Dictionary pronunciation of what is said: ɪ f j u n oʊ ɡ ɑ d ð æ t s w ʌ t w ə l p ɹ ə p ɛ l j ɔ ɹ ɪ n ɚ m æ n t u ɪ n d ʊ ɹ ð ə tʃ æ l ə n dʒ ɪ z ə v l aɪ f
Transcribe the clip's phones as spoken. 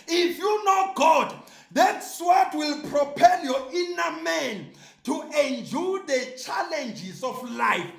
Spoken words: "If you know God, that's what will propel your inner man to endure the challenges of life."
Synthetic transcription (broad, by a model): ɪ f j u n oʊ ɡ ɑ d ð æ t s w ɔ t w ə l p ɹ ə p ɛ l j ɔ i n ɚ m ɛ n t u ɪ n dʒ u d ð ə tʃ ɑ l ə n dʒ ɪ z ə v l aɪ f